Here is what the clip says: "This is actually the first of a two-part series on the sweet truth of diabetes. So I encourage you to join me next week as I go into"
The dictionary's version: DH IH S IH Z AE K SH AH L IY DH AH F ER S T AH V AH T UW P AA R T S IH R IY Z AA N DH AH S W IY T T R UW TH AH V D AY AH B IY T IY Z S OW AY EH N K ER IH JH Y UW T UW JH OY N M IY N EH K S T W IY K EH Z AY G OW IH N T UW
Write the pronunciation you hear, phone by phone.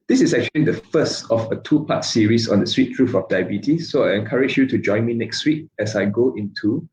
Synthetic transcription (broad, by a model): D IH S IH S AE K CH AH L IY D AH F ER S T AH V AH T UW P AA T S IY R IY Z AA N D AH S W IY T T R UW F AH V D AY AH B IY T IY S OW AY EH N K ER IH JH Y UW T UW JH OY N M IY N EH K S T W IY K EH S AY G OW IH N T UW